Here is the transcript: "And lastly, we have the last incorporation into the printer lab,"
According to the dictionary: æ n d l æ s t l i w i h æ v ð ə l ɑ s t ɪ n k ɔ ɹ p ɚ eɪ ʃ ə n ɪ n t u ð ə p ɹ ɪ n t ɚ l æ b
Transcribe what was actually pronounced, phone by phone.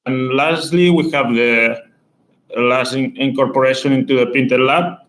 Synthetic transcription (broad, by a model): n l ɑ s t l i w i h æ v ð ə l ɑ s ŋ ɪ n k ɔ ɹ p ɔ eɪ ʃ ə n ɪ n t u ð ə p i n t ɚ l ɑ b